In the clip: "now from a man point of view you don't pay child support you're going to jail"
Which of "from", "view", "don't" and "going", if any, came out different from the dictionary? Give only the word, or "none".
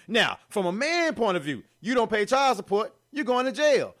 none